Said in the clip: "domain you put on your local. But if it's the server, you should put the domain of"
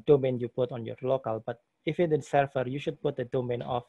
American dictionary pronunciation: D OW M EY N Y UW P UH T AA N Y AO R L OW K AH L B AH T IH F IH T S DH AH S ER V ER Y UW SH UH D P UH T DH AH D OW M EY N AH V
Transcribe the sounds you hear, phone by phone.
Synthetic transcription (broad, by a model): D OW M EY N Y UW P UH T AA N Y AO R L OW K AH L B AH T IH F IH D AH S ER F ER Y UW SH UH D P UH T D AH D OW M EY N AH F